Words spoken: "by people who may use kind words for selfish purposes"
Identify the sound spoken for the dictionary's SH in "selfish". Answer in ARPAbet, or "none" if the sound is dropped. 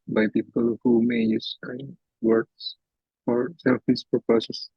S